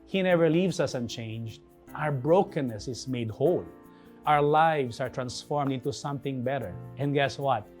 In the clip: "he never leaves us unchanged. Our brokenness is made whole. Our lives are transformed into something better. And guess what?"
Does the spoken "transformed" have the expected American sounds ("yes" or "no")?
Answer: yes